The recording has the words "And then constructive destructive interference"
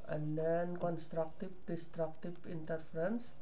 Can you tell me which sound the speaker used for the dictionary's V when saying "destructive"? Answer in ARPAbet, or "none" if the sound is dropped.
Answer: P